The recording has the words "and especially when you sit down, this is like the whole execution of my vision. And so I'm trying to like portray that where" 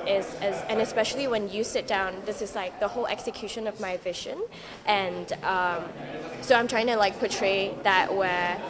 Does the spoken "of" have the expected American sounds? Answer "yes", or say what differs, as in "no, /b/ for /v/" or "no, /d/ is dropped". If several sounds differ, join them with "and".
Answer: yes